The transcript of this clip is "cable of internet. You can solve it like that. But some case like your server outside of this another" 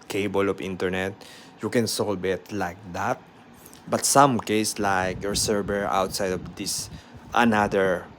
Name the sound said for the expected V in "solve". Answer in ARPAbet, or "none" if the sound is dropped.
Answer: B